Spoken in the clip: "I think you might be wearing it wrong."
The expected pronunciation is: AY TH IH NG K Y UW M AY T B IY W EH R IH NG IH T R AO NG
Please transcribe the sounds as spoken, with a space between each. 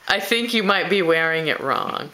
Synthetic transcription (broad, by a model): AY TH IH NG K Y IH M AY T B IY W EH R IH NG IH T R AO NG